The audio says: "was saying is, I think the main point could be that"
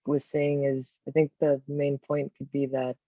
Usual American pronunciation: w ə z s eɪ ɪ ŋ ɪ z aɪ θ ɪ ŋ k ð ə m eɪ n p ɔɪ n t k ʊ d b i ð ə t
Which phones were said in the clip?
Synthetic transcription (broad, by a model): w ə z s eɪ ɪ ŋ ɪ z aɪ θ ɪ ŋ k ð ə m eɪ n p ɔɪ n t k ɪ d b i ð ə t